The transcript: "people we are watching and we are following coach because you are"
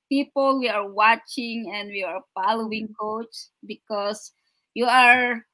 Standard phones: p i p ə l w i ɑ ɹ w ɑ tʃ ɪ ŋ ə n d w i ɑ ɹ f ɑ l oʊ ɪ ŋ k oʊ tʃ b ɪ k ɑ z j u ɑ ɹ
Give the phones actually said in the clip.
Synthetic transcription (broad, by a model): p i p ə l w i ɑ ɹ w ɑ tʃ ɪ ŋ ə n d w i ɑ ɹ f ɑ l oʊ ɪ ŋ k oʊ tʃ b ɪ k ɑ s j u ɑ ɹ